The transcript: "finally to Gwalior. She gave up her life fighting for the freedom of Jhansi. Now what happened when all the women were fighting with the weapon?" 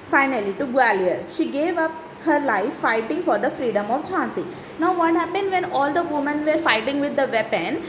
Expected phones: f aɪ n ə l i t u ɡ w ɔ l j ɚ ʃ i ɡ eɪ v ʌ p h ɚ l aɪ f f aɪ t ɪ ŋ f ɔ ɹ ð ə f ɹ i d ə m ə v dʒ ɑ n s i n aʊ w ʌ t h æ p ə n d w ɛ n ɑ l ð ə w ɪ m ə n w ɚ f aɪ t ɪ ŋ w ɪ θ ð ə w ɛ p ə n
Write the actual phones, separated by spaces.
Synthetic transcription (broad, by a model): f aɪ n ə l i t u ɡ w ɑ l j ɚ ʃ i ɡ eɪ v ʌ p h ɚ l aɪ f f aɪ t ɪ ŋ f ɔ ɹ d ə f ɹ i d ə m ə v tʃ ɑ n s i n aʊ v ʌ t h æ p ə n d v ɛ n ɑ l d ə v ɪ m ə n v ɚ f aɪ t ɪ ŋ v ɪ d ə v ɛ p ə n